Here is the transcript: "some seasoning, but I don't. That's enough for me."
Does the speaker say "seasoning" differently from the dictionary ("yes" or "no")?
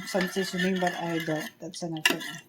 yes